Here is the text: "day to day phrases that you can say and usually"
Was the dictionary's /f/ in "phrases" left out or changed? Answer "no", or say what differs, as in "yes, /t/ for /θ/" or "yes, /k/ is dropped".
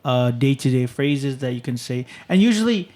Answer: no